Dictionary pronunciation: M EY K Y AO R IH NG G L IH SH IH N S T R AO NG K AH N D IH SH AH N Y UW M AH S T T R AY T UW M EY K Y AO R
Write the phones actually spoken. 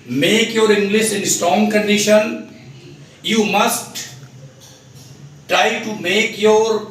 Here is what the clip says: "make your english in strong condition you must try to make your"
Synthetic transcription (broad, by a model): M EY K Y AO R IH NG G L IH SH IH N S T R AO NG K AH N D IH SH AH N Y UW M AH S T T R AY T UW M EY K Y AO R